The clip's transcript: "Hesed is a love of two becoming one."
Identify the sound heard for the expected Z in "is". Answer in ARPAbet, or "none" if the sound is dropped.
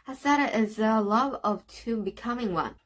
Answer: Z